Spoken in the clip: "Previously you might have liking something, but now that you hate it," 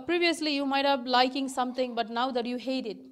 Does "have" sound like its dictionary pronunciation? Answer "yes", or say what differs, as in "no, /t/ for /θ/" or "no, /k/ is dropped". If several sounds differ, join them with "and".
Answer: no, /b/ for /v/